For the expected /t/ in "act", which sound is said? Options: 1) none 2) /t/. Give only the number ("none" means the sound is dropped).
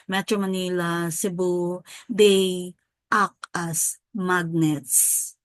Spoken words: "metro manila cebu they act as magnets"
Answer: 1